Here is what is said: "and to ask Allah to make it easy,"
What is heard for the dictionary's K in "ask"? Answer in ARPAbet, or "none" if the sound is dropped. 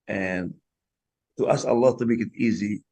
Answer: none